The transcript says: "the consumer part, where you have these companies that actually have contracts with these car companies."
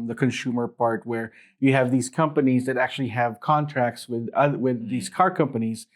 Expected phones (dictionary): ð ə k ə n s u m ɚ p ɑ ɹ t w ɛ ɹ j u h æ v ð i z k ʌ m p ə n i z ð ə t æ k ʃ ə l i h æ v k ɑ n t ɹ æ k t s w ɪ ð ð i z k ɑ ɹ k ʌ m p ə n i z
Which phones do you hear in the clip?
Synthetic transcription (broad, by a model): ð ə k ə n s u m ɚ p ɑ ɹ t w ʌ ɹ j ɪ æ v ð i z k ʌ m p ə n i z ð ə t æ k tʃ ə l i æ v k ɑ n t ɹ æ k t s w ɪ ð ð i z k ɑ ɹ k ʌ m p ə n i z